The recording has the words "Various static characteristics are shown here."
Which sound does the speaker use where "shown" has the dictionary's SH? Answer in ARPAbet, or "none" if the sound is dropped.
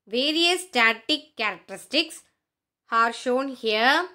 SH